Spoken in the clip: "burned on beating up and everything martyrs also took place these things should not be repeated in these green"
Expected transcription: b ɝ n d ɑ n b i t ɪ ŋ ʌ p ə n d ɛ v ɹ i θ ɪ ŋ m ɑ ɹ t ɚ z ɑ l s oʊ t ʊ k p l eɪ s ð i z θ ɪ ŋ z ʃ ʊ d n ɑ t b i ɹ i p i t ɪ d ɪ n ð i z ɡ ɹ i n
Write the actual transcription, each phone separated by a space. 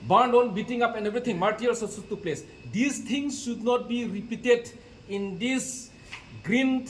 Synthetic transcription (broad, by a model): b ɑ n d ɑ n b i t ɪ ŋ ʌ p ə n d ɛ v ɹ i t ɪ ŋ m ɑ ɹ t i ɑ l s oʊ s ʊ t p l eɪ s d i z t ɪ ŋ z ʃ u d n ɑ t b i ɹ i p i t ɪ d ɪ n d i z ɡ ɹ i n